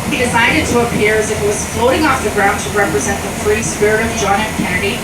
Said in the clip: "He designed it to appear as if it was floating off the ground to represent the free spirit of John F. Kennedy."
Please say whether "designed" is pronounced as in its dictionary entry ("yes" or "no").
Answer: no